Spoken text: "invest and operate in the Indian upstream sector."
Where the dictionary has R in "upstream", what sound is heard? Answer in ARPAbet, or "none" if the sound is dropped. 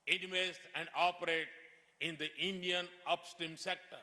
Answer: none